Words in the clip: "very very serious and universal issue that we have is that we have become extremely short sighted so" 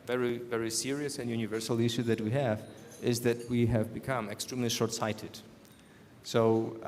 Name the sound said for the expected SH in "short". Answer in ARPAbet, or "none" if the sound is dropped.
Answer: SH